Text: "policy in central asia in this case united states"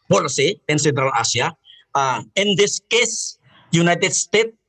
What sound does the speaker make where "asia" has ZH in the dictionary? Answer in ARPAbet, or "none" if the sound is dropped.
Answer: S